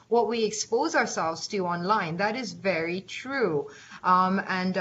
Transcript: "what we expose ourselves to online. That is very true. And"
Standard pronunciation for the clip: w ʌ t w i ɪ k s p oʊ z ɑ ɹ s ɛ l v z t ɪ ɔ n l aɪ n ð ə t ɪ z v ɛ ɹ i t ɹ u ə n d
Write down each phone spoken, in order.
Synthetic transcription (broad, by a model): w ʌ t w i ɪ k s p oʊ z ɑ ɹ s ɛ l v z t ɪ ɔ n l aɪ n ð ə t ɪ z v ɛ ɹ i t ɹ u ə n